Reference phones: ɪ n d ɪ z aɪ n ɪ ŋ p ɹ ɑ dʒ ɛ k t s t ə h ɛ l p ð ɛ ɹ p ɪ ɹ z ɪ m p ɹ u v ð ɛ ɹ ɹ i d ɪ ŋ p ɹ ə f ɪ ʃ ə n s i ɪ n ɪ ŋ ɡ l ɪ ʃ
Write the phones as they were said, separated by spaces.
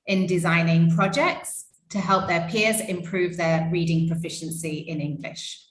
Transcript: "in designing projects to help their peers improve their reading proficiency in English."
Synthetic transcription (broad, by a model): ɪ n d ɪ z aɪ n ɪ ŋ p ɹ ɑ dʒ ɛ k t s t ə h ɛ l p ð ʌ p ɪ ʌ z ɪ m p ɹ u v ð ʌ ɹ ɹ i d ɪ ŋ p ɹ ə f ɪ ʃ ə n s i ɪ n ɪ ŋ ɡ l ɪ ʃ